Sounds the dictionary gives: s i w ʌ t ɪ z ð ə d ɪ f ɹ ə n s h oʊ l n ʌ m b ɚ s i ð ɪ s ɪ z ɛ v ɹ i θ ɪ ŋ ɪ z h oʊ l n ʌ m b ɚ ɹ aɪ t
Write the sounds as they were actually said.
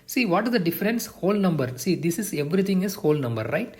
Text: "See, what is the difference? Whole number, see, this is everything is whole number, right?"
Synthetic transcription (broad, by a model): s i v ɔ t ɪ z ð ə d ɪ f ɹ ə n s h oʊ l n ʌ m b ɚ s i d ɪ s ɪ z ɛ v ɹ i t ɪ ŋ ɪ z h oʊ l n ʌ m b ɚ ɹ aɪ t